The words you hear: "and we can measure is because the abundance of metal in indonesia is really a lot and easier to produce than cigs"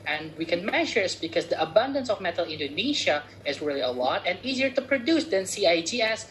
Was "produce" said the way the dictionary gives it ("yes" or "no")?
yes